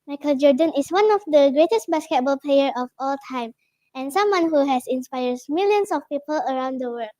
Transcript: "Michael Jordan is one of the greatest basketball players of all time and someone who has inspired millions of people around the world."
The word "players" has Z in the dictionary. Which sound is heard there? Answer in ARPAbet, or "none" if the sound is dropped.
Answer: none